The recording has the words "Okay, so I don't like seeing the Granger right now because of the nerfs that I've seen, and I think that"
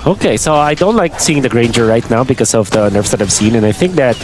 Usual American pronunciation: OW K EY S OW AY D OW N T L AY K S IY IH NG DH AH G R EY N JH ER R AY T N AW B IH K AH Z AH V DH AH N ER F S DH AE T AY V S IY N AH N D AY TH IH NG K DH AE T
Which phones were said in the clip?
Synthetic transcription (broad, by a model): OW K EY S OW AY D OW N T L AY K S IY IH NG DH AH G R EY N JH ER R AY T N AW B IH K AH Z AH V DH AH N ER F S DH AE T AY V S IY N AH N AY TH IH NG K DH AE T